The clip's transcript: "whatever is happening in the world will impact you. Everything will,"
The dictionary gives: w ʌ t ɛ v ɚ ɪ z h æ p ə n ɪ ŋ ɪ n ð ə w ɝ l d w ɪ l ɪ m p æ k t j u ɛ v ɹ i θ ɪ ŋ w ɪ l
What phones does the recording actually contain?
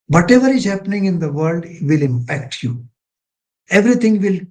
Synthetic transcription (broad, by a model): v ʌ t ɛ v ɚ ɪ z h æ p ə n ɪ ŋ ɪ n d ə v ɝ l d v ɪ l ɪ m p æ k t j u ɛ v ɹ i t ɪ ŋ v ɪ l